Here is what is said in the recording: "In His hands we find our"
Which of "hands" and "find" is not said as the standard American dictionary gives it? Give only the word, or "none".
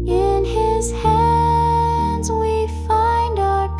none